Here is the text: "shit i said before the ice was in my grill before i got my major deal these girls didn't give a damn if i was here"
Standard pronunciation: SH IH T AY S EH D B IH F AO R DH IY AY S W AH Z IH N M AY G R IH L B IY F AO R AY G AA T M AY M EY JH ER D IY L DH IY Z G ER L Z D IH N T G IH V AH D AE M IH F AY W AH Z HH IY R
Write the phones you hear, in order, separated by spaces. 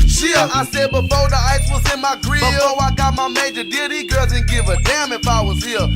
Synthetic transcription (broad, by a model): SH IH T AY S EH D B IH F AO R DH IY AY S W AH Z IH N M AY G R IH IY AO AY G AA T M AY M EY JH ER D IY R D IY G ER L Z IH N G IH V AH D AE M IH F AY W AH Z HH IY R